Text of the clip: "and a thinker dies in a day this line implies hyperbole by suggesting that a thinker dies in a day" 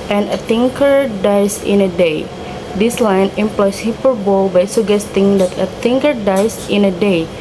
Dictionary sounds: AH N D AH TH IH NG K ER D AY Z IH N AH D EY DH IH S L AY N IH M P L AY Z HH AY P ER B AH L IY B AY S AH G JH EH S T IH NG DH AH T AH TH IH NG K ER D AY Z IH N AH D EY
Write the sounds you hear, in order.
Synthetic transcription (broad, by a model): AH N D AH T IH NG K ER D AY S IH N AH D EY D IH S L AY N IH M P L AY S HH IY P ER B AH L B AY S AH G EH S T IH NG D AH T AH T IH NG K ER D AY S IH N AH D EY